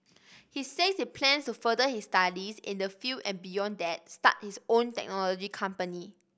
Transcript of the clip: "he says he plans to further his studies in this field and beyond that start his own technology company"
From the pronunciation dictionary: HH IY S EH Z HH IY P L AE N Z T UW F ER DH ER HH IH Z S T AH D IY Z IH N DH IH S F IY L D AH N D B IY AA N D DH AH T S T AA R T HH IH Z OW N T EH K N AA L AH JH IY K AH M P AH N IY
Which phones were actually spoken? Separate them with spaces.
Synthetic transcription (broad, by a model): HH IY S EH S HH IY P L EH N S T UW F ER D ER HH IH S T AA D IY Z IH N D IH F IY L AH N B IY AA N D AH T S T AA T HH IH S OW N T EH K N AA L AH JH IY K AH M P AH N IY